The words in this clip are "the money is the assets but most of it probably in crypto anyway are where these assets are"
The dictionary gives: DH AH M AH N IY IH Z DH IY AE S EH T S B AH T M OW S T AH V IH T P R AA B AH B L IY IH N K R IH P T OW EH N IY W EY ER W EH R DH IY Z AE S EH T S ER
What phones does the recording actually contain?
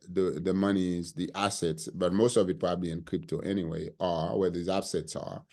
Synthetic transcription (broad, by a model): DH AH M AH N IY Z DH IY AE S EH T S B AH T M OW S T AH V IH T P R AA B AH B L IY IH N K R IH P T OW EH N IY W EY ER W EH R DH IY Z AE S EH T S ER